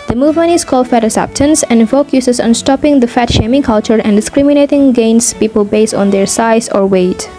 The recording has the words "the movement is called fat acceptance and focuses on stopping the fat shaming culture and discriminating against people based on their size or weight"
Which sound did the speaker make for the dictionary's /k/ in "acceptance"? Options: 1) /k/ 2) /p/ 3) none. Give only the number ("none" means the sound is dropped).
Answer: 3